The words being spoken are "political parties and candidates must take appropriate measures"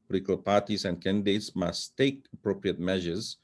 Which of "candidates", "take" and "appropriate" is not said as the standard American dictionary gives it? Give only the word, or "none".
none